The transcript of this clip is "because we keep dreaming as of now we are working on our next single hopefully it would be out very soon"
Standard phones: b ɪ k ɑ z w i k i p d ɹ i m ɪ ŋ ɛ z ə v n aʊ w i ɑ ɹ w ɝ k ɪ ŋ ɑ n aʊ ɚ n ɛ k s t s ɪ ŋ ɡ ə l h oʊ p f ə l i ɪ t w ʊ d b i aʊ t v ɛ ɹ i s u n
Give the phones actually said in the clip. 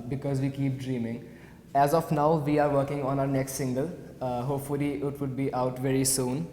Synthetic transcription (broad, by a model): b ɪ k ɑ z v i k i p d ɹ i m ɪ ŋ ɛ z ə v n aʊ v i ɑ ɹ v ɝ k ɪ ŋ ɑ n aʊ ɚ n ɛ k s t s ɪ ŋ ɡ ə l h oʊ p f ə l i ɪ t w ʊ d b i aʊ t v ɛ ɹ i s u n